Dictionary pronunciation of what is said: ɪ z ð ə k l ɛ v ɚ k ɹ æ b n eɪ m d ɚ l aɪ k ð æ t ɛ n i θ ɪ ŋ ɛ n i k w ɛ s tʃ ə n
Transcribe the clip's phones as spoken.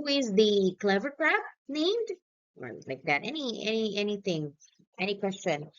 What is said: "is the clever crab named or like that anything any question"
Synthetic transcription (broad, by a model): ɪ z ð ə k l ɛ v ɚ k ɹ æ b n eɪ m d ɚ l aɪ k ð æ t ɛ n i θ ɪ ŋ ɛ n i k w ɛ s tʃ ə n